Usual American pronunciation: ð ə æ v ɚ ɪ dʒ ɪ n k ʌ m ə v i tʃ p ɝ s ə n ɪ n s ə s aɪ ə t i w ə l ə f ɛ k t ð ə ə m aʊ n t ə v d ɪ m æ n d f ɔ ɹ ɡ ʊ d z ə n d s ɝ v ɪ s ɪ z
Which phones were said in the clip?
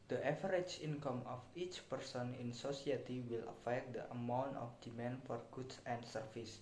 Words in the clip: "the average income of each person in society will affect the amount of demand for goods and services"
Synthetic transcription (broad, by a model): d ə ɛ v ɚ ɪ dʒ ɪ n k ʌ m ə f i tʃ p ɝ s ə n ɪ n s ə s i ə t i w ə l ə f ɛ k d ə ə m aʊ n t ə f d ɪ m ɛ n f ɔ ɹ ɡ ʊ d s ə n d s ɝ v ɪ s